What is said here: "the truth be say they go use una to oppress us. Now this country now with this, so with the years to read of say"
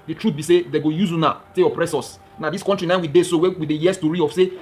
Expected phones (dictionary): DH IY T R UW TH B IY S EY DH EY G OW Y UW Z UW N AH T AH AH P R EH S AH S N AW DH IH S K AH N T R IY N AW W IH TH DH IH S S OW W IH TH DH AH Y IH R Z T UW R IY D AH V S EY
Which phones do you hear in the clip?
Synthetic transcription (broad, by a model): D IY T R UW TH B IY S EY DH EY G OW Y UW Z UW N AH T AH AH P R EH S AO S N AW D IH S K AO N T R IY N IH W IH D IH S S OW W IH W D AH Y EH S T UW R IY AH F S EY